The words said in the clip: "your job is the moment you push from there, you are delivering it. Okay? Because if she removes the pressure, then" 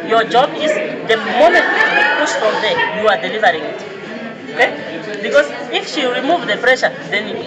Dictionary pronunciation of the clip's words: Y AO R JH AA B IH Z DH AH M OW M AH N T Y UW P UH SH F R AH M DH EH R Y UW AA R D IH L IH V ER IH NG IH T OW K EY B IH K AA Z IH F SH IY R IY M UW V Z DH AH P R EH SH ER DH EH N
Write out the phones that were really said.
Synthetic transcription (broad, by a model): Y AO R JH AA B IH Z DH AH M OW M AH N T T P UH S F R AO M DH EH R Y UW AA R D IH L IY V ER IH NG IH T OW K EY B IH K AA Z IH F SH IY R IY M UW V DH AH P R EH SH ER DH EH N